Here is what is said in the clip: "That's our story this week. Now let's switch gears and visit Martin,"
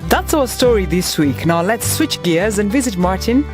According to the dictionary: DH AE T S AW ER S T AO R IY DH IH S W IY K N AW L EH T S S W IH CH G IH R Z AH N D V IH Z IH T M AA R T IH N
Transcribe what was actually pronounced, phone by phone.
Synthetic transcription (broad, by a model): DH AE T S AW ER S T AO R IY DH IH S W IY K N AW L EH T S S W IH CH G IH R Z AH N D V IH Z IH T M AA R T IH N